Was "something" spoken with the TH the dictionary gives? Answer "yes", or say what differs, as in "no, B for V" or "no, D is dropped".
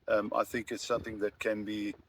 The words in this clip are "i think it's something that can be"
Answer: yes